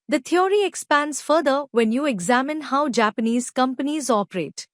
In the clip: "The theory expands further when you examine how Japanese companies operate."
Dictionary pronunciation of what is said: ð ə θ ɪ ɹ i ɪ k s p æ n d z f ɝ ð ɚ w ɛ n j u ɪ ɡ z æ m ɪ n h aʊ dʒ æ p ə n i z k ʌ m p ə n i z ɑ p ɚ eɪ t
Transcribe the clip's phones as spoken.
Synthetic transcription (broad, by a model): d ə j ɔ ɹ i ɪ k s p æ n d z f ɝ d ɚ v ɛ n j u ɪ ɡ z æ m ɪ n h aʊ dʒ æ p ə n i z k ʌ m p ə n i z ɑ p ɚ eɪ t